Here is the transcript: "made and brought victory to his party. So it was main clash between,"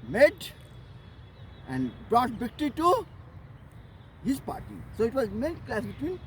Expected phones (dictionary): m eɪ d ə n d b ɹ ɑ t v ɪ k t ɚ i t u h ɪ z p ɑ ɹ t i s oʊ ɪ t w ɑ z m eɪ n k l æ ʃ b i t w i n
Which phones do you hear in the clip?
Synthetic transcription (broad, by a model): m eɪ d ə n d b ɹ ɑ t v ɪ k t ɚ i t u h ɪ z p ɑ ɹ t i s oʊ ɪ t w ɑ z m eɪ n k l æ s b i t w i n